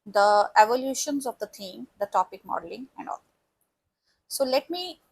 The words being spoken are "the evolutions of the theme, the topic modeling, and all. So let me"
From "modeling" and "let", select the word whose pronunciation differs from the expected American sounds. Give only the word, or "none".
none